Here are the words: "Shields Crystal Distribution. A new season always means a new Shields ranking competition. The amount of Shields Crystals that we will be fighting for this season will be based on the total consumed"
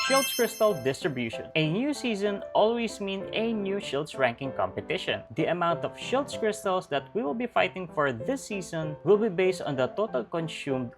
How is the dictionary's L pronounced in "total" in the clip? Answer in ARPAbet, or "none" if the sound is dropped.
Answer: L